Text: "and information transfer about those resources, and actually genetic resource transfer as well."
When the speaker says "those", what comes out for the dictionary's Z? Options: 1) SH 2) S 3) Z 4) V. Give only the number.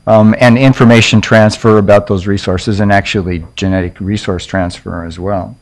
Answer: 3